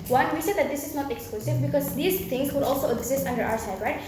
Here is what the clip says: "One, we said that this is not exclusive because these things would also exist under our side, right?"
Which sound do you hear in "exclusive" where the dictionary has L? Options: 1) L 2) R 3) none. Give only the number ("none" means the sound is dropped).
1